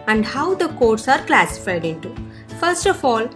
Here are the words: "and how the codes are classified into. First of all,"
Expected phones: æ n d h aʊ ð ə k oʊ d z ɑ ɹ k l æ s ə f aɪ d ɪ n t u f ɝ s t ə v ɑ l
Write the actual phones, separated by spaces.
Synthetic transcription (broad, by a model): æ n d h aʊ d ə k oʊ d s ɑ ɹ k l æ s ə f aɪ d ɪ n t u f ɝ s t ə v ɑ l